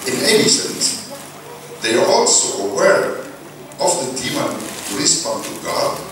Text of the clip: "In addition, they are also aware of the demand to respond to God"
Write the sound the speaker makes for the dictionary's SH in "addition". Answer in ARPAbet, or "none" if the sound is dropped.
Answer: S